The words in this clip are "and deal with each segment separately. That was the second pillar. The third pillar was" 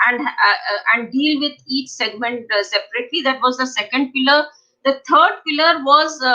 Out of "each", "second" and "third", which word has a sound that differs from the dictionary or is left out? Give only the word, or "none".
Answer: third